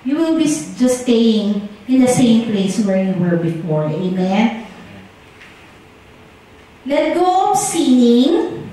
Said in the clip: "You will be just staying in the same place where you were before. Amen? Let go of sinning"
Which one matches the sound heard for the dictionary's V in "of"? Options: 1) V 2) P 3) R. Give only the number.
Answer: 2